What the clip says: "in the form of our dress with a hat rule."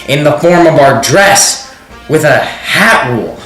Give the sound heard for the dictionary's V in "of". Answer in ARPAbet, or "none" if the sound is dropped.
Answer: V